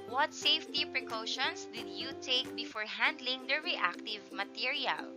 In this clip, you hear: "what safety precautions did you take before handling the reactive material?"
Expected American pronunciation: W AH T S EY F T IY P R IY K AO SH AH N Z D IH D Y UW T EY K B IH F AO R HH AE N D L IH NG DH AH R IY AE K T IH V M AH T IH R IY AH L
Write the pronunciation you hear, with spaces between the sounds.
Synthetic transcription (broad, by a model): W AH T S EY F T IY P R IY K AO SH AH N S D IH D Y UW T EY K B IH F AO R HH AE N D L IH NG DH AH R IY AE K T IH V M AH T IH R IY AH L